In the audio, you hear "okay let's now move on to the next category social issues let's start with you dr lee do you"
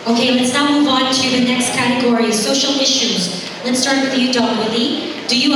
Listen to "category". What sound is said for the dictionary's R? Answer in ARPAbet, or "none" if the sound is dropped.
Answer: R